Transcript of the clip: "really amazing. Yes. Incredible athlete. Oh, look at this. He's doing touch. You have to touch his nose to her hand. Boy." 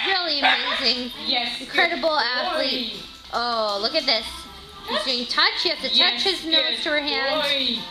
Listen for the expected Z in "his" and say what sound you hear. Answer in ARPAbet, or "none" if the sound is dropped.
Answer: Z